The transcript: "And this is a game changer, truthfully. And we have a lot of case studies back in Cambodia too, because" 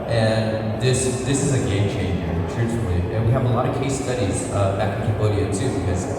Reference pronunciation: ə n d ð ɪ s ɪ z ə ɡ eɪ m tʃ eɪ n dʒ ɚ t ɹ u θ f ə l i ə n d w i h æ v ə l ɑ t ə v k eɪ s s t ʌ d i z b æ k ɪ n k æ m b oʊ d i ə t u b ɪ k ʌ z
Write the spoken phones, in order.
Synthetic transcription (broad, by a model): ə n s ð ɪ s ɪ z ə ɡ eɪ m tʃ eɪ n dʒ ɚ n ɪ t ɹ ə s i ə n w i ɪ v ə l ɑ t ə v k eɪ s s t ʌ d i z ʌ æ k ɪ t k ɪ b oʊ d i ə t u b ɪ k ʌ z